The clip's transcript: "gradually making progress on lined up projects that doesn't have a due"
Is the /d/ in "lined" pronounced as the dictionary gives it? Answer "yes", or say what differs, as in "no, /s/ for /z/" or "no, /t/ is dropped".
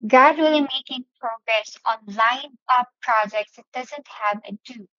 no, /d/ is dropped